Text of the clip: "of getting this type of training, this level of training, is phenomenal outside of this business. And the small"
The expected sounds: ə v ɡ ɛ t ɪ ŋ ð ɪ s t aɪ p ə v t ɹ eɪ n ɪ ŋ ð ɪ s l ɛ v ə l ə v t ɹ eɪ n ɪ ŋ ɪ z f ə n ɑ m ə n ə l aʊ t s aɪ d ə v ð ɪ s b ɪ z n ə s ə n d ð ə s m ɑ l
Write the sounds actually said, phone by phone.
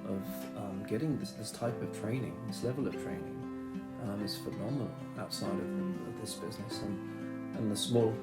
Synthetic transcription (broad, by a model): ə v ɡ ɛ t ɪ ŋ ð ɪ s t aɪ p ə v t ɹ eɪ n ɪ ŋ ð ɪ s l ɛ v ə l ə v t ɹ eɪ n ɪ ŋ ɪ z f ə n ɑ m ə n ə l aʊ t s aɪ d ə v ð ɪ s b ɪ z n ə s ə n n ð ə s m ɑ l